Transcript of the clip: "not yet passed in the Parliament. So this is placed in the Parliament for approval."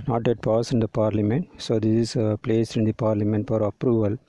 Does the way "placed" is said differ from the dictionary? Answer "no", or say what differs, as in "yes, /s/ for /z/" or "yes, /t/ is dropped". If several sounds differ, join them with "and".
yes, /t/ is dropped